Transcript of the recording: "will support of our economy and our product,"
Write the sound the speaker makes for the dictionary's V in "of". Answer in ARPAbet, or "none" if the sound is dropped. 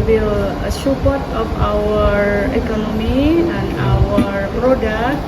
P